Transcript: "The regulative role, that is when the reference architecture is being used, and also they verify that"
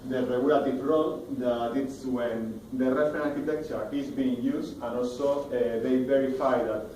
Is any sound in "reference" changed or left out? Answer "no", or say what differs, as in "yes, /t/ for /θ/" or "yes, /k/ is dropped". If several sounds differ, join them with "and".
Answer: yes, /s/ is dropped